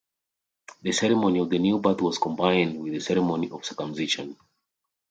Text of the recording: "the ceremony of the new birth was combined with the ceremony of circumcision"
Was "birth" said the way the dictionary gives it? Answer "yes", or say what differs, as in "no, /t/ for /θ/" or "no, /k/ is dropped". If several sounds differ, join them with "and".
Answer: no, /t/ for /θ/